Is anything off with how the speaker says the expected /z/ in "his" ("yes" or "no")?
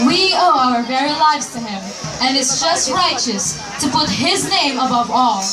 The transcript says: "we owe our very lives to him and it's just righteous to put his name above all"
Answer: no